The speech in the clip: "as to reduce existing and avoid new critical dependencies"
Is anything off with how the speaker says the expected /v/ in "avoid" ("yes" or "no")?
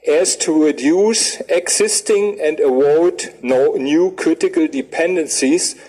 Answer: yes